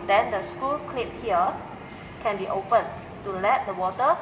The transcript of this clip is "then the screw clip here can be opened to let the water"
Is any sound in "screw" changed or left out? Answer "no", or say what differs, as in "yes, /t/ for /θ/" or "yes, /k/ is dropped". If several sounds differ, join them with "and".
yes, /ɹ/ is dropped